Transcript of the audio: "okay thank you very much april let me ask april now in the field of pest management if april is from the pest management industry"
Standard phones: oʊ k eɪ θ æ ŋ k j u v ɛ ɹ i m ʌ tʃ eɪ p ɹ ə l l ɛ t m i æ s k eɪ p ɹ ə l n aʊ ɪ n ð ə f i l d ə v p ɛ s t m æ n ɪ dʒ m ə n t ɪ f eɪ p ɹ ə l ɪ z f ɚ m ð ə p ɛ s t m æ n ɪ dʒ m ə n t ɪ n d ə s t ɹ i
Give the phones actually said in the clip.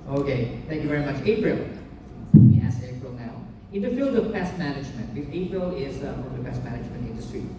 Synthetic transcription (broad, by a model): oʊ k eɪ t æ ŋ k j u v ɛ ɹ i m ʌ tʃ eɪ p ɹ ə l l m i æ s eɪ p ɹ ə l n aʊ ɪ n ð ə f i l d ə v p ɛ s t m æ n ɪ dʒ m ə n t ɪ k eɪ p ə l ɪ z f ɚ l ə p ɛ s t m æ n ɪ dʒ m ə n t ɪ n d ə s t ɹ i